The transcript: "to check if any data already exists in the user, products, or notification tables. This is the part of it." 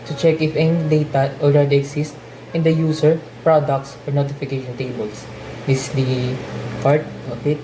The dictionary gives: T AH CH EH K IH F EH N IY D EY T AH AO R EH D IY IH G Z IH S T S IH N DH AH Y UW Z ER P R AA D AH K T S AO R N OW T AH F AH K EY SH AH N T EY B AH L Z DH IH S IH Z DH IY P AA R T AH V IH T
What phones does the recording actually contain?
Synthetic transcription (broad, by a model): T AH CH EH K IH F EH N IY D EY T AH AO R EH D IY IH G S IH S T IH N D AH Y UW S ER P R AA D AH K T S AO R N OW T AH F AH K EY SH AH N T EY B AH L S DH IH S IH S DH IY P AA R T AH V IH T